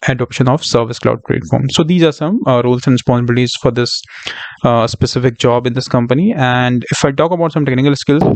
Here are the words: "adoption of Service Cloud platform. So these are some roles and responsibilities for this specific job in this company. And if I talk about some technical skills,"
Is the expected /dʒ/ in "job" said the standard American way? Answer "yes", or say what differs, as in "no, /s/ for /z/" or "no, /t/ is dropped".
yes